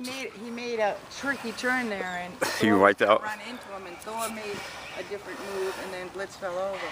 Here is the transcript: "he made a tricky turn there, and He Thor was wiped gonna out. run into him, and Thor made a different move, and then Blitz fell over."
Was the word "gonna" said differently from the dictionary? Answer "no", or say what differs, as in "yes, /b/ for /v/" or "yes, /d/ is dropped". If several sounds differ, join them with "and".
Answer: yes, /n/ is dropped